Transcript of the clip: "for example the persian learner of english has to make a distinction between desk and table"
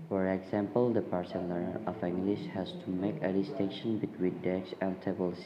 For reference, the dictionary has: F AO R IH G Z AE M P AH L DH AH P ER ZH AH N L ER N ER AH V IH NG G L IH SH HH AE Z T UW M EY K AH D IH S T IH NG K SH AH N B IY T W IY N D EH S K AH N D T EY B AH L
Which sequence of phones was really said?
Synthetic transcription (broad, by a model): F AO R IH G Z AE M P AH L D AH P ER S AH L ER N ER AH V IH NG G L IH SH HH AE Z T UW M EY K AH D IH S T IH NG K SH AH N B IY T W IY N D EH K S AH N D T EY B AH L